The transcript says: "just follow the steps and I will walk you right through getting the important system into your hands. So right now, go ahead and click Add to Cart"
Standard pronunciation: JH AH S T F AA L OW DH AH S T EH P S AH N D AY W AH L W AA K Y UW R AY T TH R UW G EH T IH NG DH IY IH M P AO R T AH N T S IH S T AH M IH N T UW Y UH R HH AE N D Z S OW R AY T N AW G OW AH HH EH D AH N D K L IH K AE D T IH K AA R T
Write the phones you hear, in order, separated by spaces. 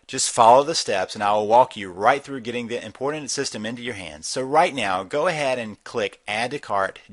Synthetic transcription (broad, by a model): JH AH S T F AA L OW DH AH S T EH P S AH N AY W AH L W AA K Y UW R AY T TH R UW G EH T IH NG DH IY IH M P AO R T N T S IH S T AH M IH N T UW Y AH R HH AE N D Z S OW R AY T N AW G OW AH HH EH D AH N K L IH K AE D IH K AA R T